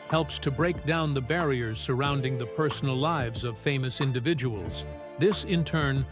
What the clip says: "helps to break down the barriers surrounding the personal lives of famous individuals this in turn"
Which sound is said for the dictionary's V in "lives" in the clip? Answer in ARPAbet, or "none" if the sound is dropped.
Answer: V